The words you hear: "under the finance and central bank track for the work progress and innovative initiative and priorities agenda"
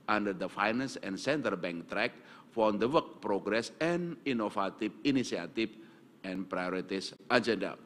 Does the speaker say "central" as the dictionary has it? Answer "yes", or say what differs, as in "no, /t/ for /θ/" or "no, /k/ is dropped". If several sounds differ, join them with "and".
no, /ɹ/ is dropped